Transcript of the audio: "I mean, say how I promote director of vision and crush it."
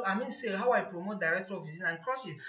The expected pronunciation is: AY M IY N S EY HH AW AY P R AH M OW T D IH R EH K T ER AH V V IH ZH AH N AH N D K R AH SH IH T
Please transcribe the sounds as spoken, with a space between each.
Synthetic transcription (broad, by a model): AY M IY N S EY HH AW AY P R AH M OW T D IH R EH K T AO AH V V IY Z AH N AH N K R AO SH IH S